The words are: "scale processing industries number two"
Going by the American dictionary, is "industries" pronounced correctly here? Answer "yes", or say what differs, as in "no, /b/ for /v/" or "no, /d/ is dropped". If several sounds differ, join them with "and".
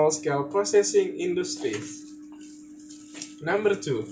no, /z/ is dropped